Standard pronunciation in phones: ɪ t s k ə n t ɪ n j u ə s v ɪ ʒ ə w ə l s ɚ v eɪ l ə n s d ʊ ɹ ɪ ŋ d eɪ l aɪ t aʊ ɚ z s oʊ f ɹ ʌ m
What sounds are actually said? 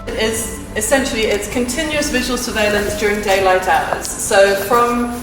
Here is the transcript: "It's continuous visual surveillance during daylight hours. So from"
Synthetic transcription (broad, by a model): ɪ t s k ə n t ɪ n j u ə s v ɪ ʒ ə w ə l s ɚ v eɪ l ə n s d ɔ ɹ ɪ ŋ d eɪ l aɪ t aʊ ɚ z s oʊ f ɹ ʌ m